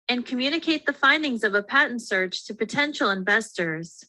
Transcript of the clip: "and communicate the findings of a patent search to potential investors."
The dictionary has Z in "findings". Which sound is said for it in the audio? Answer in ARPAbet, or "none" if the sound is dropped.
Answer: Z